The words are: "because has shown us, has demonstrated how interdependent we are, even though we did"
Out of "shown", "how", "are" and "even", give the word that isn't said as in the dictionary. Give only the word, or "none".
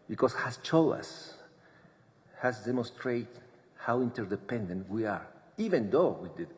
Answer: shown